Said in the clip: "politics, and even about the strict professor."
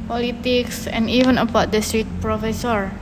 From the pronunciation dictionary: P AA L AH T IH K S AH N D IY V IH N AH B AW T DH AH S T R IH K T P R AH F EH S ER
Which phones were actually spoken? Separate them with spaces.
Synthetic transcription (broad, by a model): P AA L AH T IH K S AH N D IY V IH N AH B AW T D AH S T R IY T P R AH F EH S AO